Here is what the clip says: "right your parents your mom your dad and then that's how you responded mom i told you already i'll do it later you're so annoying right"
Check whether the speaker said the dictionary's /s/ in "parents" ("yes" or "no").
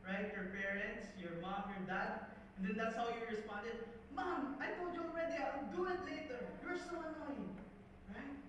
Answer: yes